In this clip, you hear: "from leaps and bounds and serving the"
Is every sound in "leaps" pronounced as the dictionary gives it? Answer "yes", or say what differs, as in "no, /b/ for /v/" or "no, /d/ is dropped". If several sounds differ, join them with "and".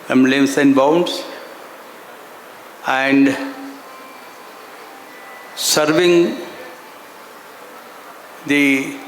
no, /p/ is dropped